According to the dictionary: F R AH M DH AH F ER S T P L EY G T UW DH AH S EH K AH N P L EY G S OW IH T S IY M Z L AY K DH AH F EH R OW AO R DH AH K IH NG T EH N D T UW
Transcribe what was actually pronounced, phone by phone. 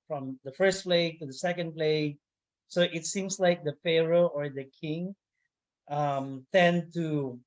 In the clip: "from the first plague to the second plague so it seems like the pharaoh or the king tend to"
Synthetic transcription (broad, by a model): F R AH M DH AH F ER S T P L EY G T UW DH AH S EH K AH N P L EY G S OW IH T S IY M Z L AY K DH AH F EH R OW AO R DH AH K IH NG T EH N T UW